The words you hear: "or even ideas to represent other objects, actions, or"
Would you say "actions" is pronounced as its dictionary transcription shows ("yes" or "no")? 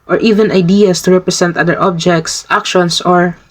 no